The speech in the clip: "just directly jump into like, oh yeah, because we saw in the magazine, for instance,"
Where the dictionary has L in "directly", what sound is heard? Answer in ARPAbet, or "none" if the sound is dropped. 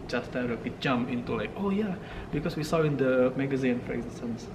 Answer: W